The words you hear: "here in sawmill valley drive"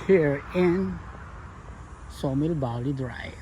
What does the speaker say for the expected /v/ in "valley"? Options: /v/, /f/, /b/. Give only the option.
/b/